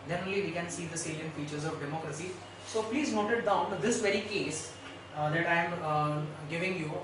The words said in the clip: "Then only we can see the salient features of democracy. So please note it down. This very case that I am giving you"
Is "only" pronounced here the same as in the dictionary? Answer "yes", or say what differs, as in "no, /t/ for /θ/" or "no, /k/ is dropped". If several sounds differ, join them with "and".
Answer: no, /n/ is dropped